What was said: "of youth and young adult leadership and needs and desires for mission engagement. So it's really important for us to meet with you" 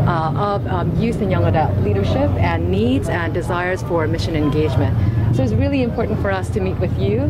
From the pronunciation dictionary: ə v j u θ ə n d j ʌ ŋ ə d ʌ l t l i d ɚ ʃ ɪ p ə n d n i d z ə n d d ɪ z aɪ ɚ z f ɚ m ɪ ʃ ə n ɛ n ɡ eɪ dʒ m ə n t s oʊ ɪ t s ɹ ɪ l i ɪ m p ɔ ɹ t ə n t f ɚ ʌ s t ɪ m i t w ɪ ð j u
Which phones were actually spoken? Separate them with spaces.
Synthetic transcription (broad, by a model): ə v j u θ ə n j ʌ ŋ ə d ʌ t l i d ɚ ʃ ɪ p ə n n i d z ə n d d ɪ z aɪ ɚ z f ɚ m ɪ ʃ ə n ɛ n ɡ eɪ dʒ m ə n t s oʊ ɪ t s ɹ ɪ l i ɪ m p ɔ ɹ t n t f ɚ ʌ s t ɪ m i t w ɪ ð j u